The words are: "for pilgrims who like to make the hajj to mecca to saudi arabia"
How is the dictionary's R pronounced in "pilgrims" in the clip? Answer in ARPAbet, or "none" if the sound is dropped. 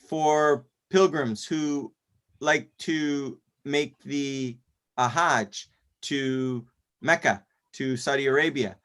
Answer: R